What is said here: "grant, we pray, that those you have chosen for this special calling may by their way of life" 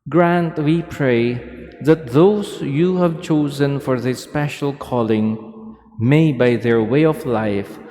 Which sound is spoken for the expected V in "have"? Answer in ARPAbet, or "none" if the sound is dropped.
V